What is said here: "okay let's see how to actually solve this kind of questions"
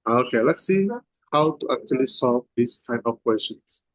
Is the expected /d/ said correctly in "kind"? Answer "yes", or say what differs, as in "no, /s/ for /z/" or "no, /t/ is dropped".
no, /d/ is dropped